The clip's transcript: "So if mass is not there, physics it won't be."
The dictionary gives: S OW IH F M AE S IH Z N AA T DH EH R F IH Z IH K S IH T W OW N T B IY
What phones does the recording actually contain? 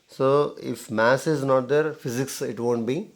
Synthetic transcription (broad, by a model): S OW IH F M AE S IH Z N AA T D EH R F IH Z IH K S IH T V OW N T B IY